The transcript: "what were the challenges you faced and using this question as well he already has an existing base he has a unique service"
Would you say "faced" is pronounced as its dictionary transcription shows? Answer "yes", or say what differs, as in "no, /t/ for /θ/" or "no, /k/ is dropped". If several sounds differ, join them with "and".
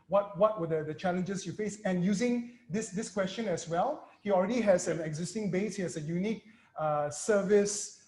no, /t/ is dropped